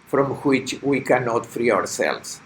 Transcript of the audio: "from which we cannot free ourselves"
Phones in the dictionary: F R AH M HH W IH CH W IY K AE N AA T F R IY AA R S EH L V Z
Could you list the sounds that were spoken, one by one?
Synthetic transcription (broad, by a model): F R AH M HH W IH CH W IY K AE N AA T F R IY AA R S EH L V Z